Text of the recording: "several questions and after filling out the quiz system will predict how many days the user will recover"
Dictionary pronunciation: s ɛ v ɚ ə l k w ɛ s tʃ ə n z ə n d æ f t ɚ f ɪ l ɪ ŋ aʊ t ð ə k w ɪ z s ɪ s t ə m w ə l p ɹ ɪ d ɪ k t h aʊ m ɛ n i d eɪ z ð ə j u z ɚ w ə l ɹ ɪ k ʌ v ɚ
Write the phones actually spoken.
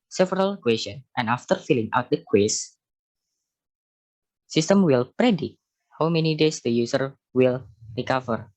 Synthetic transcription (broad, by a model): s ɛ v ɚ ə l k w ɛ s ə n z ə n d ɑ f t ɚ f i l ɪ ŋ aʊ t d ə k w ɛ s s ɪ s t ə m w ə l p ɹ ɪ d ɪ t h aʊ m ɛ n i d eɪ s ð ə j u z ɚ w ə l ɹ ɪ k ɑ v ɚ